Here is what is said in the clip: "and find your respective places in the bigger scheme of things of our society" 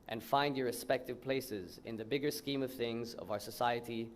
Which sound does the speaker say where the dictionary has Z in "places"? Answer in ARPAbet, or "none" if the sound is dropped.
Z